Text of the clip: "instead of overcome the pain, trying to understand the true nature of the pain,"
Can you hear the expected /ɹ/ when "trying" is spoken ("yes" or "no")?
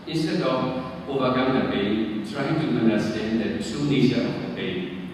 yes